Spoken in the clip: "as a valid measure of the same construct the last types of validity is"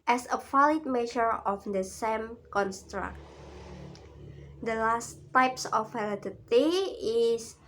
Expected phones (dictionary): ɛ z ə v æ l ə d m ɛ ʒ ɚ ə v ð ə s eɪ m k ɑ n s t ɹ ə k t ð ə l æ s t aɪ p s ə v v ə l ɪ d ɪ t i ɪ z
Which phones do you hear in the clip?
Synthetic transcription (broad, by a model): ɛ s ə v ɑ l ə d m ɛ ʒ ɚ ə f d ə s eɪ m k ɑ n s t ɹ ə k t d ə l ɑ s t aɪ p s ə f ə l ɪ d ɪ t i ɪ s